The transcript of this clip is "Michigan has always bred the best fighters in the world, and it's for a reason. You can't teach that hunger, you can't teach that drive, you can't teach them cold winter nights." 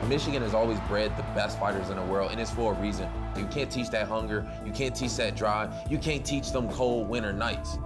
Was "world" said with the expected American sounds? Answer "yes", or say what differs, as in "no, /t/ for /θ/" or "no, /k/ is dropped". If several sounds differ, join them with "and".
yes